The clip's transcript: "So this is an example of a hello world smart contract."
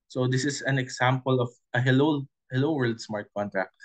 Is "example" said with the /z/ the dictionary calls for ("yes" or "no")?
no